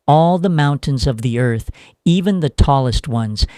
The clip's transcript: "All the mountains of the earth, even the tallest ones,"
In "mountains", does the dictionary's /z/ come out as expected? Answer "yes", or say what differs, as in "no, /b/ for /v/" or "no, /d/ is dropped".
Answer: yes